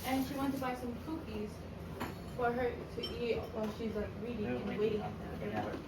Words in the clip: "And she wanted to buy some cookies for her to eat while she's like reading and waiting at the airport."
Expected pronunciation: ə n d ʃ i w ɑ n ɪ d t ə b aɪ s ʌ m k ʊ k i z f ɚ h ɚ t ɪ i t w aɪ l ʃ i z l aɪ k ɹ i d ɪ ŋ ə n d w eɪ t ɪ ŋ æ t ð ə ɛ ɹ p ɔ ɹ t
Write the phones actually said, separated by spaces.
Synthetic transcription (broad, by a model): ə n ʃ i w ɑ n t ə b aɪ s ʌ m k ʊ k i z f ɚ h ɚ t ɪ i t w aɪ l ʃ i z l aɪ k ɹ i d ɪ ŋ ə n w eɪ t ɪ ŋ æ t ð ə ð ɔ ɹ